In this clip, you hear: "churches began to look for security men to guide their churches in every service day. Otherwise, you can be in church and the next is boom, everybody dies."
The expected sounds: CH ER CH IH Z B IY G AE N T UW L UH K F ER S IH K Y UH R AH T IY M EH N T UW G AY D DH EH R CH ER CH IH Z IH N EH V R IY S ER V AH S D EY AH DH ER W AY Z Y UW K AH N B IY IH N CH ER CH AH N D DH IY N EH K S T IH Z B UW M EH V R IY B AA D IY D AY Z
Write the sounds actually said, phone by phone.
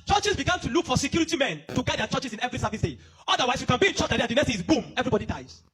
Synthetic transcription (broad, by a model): CH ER CH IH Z B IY G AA N T UW L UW K F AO S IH K Y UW R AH T IY M EH N T UW G AY D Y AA CH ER CH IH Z IH N EH V R IY S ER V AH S D EY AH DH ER W AY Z Y UW K AH N B IY IH N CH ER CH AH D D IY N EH S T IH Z B UW M EH V R IY B AA D IY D AY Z